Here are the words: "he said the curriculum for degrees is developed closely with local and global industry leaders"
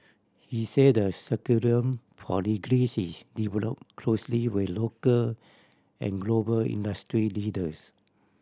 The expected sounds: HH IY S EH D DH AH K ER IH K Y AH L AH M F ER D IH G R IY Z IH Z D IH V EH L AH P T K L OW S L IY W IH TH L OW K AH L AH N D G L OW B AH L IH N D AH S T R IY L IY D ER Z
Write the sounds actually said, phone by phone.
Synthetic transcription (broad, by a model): HH IY S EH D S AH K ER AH AH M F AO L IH G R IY S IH S D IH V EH L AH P K L OW S L IY W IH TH L OW K AH L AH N G L OW B AH L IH N D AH S T R IY L IY D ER S